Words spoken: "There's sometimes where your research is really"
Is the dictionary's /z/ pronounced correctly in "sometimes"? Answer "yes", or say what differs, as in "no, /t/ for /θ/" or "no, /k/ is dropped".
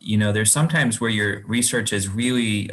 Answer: yes